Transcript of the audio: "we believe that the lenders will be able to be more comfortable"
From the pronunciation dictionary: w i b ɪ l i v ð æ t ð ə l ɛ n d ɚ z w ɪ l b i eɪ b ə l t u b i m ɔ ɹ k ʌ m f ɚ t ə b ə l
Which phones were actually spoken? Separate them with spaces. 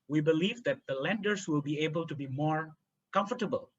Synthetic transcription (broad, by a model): w i b ɪ l i v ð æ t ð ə l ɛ n d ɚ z w ɪ l b i eɪ b ə l t u b i m ɔ ɹ k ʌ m f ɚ t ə b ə l